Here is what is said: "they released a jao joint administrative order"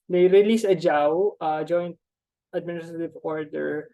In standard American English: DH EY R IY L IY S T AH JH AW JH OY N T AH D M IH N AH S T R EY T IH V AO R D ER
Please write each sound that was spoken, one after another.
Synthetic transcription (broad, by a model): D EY R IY L IY S AH JH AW JH OY N T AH D M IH N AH S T R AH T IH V AO R D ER